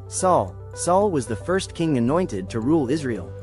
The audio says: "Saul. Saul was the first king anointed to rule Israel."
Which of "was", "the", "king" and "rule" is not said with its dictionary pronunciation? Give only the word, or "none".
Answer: none